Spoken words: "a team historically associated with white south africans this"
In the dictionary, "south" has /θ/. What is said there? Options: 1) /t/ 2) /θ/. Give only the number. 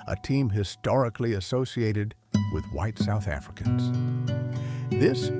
2